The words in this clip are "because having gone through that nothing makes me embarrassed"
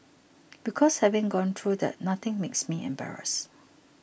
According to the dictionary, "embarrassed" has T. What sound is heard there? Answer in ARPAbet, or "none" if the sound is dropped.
none